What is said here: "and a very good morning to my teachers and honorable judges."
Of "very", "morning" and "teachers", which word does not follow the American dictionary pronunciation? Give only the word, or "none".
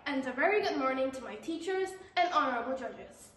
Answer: none